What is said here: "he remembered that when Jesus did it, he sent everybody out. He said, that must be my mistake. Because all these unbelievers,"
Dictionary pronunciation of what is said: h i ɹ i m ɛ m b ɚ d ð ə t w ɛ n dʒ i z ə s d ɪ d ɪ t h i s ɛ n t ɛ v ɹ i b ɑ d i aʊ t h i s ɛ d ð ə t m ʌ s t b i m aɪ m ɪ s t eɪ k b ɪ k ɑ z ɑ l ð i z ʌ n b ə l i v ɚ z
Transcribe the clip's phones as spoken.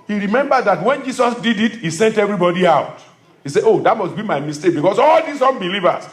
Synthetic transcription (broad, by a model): h i ɹ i m ɛ m b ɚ d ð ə t w ɛ n dʒ i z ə s d ɪ d ɪ t h i s ɛ n t ɛ v ɹ i b ɑ d i aʊ t h i s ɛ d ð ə t m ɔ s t b i m aɪ m ɪ s t eɪ k b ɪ k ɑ s ɑ l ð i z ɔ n b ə l i v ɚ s